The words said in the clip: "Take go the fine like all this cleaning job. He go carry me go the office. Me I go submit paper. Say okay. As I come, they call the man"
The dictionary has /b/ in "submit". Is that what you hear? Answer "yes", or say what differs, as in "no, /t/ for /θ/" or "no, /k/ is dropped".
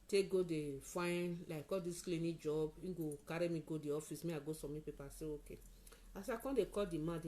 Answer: no, /b/ is dropped